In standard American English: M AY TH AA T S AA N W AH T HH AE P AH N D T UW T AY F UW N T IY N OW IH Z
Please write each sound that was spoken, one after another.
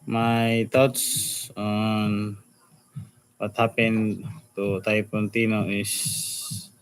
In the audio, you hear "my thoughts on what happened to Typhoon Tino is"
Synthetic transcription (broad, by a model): M AY T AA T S AA N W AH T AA P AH N T UW T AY P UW N T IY N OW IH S